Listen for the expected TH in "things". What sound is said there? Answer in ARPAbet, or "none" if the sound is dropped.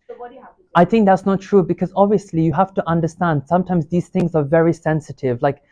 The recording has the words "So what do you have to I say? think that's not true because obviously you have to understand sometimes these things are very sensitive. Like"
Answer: TH